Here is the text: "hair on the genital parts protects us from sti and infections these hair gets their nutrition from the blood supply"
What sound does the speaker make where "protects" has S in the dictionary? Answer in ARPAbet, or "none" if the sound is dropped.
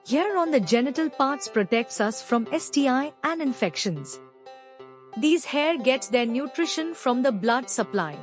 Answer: S